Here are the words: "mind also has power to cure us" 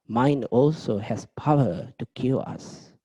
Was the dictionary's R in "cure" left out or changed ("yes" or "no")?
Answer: yes